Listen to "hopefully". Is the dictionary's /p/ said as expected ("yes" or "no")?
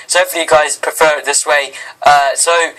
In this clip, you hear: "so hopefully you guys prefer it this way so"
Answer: no